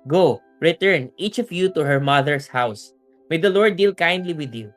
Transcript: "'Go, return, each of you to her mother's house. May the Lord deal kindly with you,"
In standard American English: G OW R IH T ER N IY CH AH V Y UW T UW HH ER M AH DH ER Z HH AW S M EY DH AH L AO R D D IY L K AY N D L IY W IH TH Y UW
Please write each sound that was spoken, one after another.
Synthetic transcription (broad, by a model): G OW R IH T ER N IY CH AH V Y UW T UW HH ER M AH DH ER S HH AW S M EY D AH L AO R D D IY L K AY N D L IY W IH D Y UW